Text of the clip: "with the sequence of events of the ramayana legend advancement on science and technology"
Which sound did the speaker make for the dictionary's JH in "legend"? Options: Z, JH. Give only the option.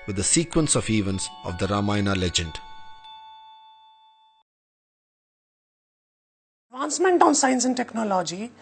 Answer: JH